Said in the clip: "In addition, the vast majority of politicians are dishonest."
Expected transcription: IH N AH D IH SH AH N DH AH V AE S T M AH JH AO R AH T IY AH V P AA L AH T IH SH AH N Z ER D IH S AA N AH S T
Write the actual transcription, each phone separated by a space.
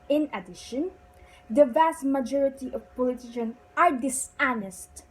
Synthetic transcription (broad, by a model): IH N AH D IH SH AH N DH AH V AE S T M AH JH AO R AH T IY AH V P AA L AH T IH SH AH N ER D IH S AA N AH S T